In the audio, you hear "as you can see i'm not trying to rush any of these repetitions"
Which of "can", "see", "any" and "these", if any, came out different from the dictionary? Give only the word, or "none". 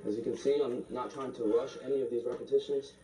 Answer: none